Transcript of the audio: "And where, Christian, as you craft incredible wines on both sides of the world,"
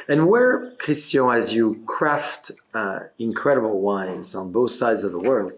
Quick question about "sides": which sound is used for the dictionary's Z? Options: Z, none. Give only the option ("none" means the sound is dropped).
Z